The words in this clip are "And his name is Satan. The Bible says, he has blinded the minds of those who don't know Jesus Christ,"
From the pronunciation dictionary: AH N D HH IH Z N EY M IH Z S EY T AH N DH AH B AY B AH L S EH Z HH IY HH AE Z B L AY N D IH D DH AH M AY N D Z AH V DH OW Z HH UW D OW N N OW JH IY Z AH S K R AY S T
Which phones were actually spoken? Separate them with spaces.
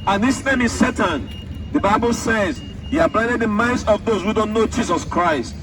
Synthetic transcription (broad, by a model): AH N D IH S N EY M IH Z S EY T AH N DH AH B AY B AH L S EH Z HH IY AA B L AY D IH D DH AH M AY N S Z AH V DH OW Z HH UW D OW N N OW JH IY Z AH S K R AY S T